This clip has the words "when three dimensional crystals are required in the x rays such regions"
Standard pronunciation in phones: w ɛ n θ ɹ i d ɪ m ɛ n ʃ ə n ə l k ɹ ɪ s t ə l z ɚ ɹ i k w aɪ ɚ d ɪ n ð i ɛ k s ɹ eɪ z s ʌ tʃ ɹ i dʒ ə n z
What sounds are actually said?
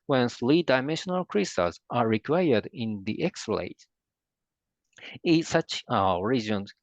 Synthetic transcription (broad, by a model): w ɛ n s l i d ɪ m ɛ n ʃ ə n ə l k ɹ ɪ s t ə z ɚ ɹ i k w aɪ ɚ d ɪ n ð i ɛ k s l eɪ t s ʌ tʃ ɹ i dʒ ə n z